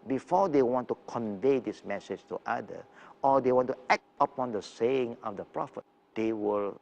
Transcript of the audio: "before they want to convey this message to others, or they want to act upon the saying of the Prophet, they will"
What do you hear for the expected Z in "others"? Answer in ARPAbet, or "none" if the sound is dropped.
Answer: none